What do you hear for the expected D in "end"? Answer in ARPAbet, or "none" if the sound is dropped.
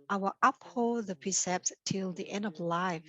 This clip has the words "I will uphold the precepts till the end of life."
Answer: D